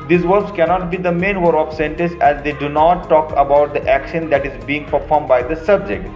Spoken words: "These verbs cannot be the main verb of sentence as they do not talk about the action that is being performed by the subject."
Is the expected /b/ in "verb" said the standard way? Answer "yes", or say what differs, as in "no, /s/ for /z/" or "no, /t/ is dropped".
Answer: no, /b/ is dropped